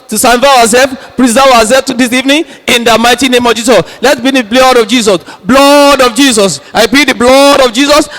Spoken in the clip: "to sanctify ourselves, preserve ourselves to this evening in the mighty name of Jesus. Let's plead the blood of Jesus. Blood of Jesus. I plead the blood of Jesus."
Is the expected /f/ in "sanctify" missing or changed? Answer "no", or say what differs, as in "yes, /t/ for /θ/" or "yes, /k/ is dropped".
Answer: yes, /f/ is dropped